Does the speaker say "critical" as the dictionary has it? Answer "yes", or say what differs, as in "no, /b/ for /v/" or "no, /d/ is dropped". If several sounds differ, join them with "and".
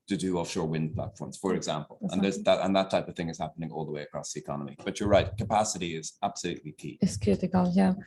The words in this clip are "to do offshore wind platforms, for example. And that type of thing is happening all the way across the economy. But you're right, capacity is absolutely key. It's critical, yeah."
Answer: no, /ɹ/ is dropped